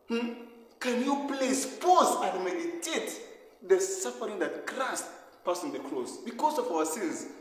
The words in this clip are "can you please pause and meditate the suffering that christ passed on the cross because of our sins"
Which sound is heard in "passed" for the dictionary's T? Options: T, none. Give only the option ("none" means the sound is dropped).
none